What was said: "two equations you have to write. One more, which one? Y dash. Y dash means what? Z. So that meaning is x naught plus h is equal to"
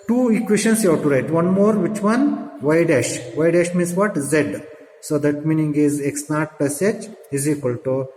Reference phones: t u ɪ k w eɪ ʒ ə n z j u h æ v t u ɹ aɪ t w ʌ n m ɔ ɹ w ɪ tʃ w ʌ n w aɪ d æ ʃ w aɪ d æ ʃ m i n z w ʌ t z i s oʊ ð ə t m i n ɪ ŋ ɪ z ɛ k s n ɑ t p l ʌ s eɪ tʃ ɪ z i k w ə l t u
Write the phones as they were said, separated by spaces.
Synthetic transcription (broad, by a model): t u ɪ k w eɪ ʃ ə n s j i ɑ t u ɹ aɪ t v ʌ n m ɔ ɹ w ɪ tʃ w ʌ n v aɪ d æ ʃ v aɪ d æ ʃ m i n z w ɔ t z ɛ s oʊ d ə t m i n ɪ ŋ ɪ z ɛ k s n ɑ t p ʌ s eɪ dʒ ɪ z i k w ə l t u